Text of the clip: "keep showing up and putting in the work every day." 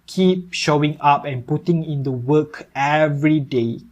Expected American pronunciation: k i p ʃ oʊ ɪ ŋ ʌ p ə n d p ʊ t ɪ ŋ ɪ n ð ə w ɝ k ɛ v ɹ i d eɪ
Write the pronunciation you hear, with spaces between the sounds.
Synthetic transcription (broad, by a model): k i p ʃ oʊ ɪ ŋ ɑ p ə n p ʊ t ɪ ŋ ɪ n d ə w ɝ k ɛ v ɹ i d eɪ